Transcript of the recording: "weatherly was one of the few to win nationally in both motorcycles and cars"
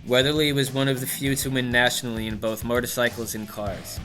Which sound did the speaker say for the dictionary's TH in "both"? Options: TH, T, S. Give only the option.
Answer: TH